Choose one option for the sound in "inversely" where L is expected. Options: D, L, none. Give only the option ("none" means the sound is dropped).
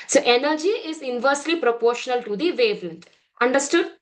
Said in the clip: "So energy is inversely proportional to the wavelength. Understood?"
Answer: L